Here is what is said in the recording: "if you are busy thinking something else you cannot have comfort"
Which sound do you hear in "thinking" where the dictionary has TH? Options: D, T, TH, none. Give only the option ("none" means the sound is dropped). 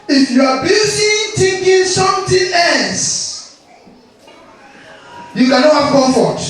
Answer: T